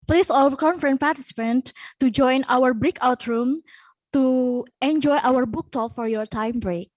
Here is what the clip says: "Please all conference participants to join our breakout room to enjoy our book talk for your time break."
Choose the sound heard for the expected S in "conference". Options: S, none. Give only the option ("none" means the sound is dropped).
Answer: none